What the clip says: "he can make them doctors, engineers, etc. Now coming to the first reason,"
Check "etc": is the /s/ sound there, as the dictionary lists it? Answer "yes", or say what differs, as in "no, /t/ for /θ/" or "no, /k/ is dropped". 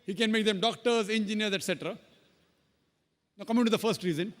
yes